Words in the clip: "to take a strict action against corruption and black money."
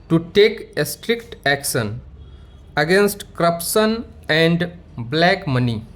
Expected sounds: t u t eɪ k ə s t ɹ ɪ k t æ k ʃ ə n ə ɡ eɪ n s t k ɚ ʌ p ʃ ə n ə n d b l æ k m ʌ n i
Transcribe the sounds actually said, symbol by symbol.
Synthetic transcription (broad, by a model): t u t eɪ k ə s t ɹ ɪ k t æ k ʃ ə n ə ɡ eɪ n s t k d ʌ p s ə n ə n d b l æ k m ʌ n i